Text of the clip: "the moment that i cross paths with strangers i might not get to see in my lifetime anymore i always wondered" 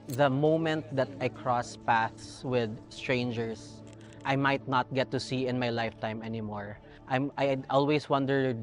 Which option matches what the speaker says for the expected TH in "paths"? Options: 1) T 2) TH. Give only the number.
2